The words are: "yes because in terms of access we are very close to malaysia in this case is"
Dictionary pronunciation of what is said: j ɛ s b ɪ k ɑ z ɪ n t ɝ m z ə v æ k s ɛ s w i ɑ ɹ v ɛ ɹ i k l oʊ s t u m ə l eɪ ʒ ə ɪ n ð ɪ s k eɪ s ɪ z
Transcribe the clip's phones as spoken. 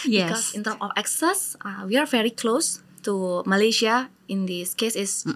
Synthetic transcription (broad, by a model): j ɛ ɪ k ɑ s ɪ n t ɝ m ə f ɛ k s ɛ s w i ɑ ɹ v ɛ ɹ i k l oʊ s t u m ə l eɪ ʃ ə ɪ n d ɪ s k eɪ s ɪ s